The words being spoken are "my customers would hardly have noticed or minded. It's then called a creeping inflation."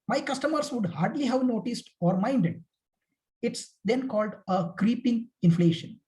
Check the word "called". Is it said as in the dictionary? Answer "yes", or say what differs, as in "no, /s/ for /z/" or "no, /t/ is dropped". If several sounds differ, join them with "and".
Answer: yes